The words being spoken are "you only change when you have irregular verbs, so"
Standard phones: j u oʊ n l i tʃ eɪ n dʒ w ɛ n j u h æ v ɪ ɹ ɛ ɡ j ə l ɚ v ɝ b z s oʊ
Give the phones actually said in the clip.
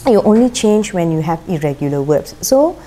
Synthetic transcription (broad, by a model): j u oʊ n l i tʃ eɪ n dʒ w ɛ n j u h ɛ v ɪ ɹ ɛ ɡ j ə l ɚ w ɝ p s s oʊ